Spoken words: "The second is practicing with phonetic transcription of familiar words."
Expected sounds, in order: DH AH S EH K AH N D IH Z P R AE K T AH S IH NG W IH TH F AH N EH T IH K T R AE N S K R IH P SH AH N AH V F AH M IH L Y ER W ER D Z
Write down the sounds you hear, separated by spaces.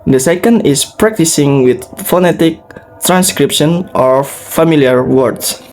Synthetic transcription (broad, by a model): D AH S EH K AH N D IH S P R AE K T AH S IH NG W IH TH F AH N EH T IH K T R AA N S K R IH P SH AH N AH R F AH M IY L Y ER W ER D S